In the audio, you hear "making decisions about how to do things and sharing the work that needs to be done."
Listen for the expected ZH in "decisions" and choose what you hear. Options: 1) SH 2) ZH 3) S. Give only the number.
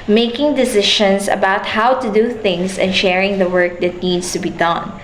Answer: 1